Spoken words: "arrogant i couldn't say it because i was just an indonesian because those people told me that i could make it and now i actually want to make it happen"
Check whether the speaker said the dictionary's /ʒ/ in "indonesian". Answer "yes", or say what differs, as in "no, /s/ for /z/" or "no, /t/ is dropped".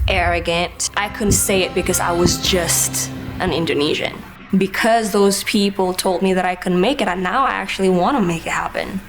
yes